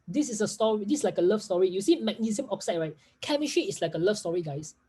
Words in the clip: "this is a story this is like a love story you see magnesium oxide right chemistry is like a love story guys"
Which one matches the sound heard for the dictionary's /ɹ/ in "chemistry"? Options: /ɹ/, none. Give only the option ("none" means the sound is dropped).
none